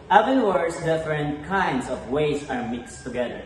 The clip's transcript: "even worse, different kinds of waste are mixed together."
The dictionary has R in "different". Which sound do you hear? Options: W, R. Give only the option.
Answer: R